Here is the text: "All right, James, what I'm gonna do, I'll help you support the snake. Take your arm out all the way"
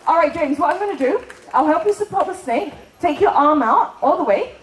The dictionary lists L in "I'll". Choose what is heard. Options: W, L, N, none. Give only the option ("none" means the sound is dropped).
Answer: L